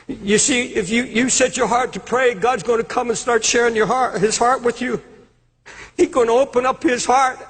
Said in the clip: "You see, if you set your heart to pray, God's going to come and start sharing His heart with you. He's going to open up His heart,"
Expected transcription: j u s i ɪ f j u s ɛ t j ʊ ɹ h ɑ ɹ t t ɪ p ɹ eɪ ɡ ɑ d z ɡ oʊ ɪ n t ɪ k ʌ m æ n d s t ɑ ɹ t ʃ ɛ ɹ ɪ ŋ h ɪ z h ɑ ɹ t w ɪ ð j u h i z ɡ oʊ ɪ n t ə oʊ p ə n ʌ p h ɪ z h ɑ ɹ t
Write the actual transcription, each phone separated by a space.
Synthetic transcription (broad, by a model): j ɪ s i ɪ f j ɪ s ɛ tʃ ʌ ɹ h ɑ ɹ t t ɪ p ɹ eɪ ɡ ɑ d z ɡ oʊ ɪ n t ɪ k ʌ m n s t ɑ ɹ t ʃ ɛ ɹ ɪ ŋ h ɪ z h ɑ ɹ t w ɪ ð j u h i z ɡ oʊ ɪ n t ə oʊ p ə n ʌ p h ɪ z h ɑ ɹ t